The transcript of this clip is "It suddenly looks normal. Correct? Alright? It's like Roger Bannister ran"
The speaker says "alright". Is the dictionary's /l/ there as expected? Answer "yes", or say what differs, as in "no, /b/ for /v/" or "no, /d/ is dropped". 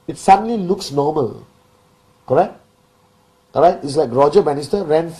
no, /l/ is dropped